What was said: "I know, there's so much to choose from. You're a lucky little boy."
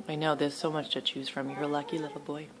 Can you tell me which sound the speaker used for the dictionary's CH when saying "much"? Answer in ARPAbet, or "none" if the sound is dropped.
CH